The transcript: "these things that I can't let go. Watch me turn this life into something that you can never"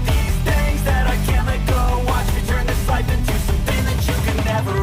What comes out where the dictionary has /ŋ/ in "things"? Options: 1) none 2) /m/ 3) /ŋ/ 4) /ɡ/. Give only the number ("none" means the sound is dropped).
1